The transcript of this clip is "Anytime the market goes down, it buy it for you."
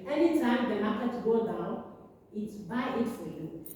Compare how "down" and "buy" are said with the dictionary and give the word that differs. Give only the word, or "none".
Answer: down